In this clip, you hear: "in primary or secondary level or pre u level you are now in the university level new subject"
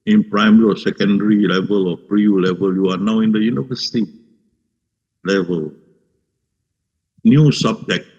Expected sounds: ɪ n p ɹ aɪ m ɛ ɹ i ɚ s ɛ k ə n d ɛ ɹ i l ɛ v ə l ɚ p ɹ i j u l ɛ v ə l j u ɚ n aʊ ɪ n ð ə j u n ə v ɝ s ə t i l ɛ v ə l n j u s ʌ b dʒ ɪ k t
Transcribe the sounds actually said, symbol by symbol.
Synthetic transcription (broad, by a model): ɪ n p ɹ aɪ m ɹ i s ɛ k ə n d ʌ ɹ i l ɛ v ə l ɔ p ɹ i j u l ɛ v ə l j u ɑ n aʊ ɪ n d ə j u n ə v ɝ s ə t i l ɛ v ə l n j u s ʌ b dʒ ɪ k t